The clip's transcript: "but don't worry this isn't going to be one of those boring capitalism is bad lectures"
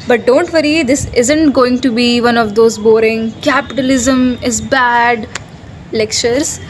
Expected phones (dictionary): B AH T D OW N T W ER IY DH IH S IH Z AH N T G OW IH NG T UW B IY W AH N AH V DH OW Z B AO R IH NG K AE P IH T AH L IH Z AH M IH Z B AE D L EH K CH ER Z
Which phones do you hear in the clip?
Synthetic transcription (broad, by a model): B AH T D OW N T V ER IY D IH S IH Z AH N T G OW IH NG T UW B IY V AH N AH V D OW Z B AO R IH NG K AE P IH T AH L IH Z AH M IH Z B AE D L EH K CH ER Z